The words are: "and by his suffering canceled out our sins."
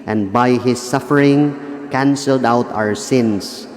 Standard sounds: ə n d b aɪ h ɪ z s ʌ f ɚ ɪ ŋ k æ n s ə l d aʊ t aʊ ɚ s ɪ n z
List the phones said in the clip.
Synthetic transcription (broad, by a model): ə n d b aɪ h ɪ s ʌ f ɚ ɪ ŋ k æ n s ə l d aʊ t aʊ ɚ s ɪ n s